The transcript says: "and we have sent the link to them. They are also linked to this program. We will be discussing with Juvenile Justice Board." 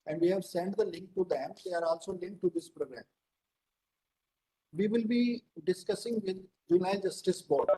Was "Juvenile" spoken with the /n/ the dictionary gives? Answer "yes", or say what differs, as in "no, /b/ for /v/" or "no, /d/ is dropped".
no, /n/ is dropped